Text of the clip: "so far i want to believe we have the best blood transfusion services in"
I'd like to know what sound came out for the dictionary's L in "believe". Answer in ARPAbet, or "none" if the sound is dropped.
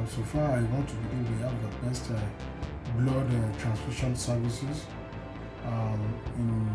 none